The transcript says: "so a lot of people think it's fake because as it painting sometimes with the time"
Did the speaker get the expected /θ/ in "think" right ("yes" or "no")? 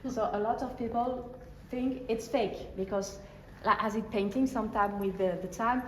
yes